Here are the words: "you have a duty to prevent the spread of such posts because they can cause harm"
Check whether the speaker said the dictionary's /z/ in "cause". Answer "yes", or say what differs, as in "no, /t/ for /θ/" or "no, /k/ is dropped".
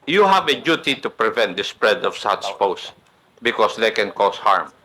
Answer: no, /s/ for /z/